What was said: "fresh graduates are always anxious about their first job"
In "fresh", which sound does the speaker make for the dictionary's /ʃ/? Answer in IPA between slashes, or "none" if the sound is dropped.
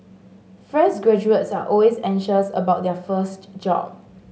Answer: /s/